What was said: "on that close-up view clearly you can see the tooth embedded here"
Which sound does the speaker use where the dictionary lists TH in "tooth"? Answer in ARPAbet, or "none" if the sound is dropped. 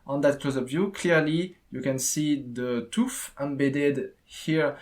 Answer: F